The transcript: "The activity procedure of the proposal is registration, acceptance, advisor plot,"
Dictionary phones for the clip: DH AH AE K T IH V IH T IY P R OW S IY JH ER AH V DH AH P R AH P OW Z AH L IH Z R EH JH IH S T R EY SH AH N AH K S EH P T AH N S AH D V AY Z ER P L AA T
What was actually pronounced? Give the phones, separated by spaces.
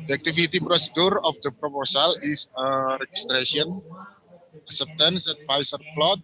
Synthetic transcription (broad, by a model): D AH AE K T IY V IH T IY P R OW S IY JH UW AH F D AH P R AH P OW S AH L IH S R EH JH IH S T R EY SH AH N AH S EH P T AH N S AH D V AY S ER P L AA T